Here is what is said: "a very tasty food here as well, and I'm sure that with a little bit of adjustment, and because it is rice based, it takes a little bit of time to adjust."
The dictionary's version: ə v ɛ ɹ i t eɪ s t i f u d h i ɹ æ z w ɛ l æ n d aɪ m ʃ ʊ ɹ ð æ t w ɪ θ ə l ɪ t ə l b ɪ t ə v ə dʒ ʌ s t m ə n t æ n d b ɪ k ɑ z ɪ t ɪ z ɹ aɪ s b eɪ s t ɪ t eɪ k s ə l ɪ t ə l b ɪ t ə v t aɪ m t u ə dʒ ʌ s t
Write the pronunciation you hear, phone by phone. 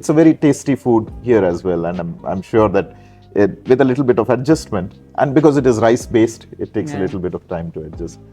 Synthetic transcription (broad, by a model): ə v ɛ ɹ i t eɪ s t i f u d h i ɹ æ z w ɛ l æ n d aɪ m ʃ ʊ ɹ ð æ t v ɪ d ə l ɪ t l b ɪ t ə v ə dʒ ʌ s t m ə n t æ n d b ɪ k ɑ z ɪ t ɪ z ɹ aɪ s b eɪ s t ɪ t eɪ k s ə l ɪ t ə l b ɪ t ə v t aɪ m t u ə dʒ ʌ s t